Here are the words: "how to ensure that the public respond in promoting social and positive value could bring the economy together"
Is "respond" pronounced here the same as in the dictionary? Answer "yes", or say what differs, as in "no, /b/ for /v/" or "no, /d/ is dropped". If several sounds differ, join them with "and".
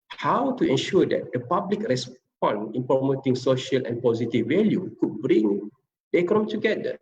no, /d/ is dropped